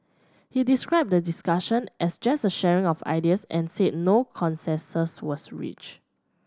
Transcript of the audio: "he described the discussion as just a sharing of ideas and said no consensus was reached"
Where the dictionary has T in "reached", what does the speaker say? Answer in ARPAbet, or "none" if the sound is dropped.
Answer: none